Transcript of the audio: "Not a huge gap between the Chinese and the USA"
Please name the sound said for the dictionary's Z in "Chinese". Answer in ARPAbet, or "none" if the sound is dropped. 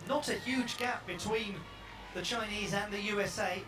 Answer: Z